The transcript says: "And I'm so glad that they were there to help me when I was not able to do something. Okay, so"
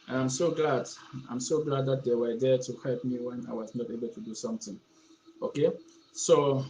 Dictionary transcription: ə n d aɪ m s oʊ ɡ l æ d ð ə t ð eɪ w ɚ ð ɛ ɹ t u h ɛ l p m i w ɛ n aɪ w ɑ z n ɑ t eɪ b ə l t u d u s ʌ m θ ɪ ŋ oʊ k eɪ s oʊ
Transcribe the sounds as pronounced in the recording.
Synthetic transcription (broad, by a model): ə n d aɪ m s oʊ ɡ l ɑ d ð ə t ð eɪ w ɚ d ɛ t u h ɛ l p m i w ɛ n aɪ w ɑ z n ɑ t eɪ b ə l t u d u s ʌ m t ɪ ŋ oʊ k eɪ s oʊ